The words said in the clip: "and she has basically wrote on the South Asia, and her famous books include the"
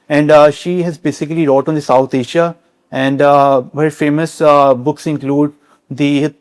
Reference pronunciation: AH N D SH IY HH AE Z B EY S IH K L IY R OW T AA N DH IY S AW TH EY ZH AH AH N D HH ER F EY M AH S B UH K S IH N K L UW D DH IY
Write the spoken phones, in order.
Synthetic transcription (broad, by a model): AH N D SH IY HH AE Z B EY S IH K L IY R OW T AA N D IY S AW T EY SH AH AH N D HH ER F EY M AH S B UH K S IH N K L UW D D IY